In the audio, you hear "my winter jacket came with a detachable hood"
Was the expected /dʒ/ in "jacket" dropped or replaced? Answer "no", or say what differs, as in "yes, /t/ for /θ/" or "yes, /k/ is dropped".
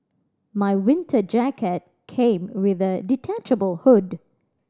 no